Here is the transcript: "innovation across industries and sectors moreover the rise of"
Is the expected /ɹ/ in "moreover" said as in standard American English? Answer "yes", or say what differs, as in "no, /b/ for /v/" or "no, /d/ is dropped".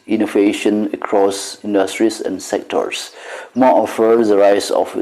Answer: no, /ɹ/ is dropped